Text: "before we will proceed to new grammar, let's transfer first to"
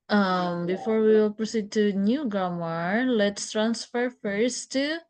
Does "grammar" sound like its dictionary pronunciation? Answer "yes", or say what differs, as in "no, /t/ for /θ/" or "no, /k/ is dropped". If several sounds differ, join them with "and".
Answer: no, /ɹ/ is dropped